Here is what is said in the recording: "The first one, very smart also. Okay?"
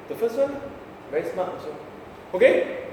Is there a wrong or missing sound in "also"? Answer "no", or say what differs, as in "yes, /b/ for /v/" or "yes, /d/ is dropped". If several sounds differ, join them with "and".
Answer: yes, /l/ is dropped